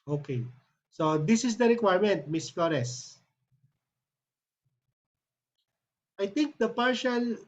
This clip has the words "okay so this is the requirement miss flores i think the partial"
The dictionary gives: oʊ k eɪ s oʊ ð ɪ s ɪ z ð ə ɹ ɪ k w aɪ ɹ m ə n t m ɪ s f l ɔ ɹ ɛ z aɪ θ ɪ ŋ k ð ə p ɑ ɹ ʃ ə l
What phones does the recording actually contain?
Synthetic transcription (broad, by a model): oʊ k eɪ s oʊ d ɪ s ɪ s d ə ɹ ɪ k w aɪ ɹ m ə n t m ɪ s f l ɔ ɹ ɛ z aɪ t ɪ ŋ k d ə p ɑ ɹ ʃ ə l